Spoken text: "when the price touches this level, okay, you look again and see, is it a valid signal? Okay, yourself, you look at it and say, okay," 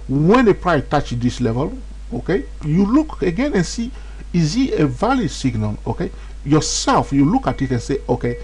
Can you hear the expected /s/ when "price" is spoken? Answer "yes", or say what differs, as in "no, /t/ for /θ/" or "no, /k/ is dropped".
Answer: no, /s/ is dropped